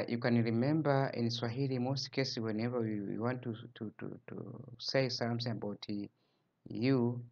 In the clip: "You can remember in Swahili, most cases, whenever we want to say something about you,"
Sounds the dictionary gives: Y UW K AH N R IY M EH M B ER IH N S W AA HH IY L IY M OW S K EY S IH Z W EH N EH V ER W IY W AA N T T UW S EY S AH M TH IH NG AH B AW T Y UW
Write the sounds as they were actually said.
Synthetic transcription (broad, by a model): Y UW K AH N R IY M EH M B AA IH N S W AA HH IY L IY M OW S K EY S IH W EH N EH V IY W IY W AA N T T UW S EY S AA M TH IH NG AH B AW T Y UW